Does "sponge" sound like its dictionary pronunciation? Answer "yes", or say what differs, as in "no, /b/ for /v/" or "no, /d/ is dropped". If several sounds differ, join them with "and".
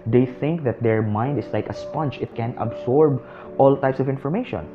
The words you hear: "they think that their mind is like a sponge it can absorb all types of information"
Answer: no, /tʃ/ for /dʒ/